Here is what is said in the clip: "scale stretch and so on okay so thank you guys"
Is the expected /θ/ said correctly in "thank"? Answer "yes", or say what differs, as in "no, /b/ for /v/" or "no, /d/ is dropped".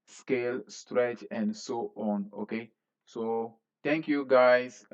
no, /t/ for /θ/